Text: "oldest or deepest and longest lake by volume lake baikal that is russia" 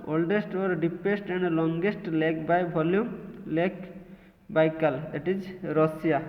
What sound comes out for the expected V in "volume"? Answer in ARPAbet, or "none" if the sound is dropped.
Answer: B